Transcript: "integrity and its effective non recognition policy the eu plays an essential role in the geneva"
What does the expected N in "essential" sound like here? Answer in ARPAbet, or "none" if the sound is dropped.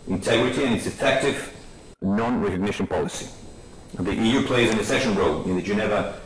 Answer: none